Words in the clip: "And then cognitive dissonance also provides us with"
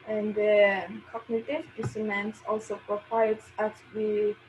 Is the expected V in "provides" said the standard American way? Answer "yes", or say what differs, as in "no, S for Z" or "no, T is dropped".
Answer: no, W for V